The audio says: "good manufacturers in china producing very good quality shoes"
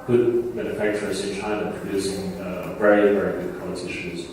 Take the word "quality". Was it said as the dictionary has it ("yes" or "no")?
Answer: no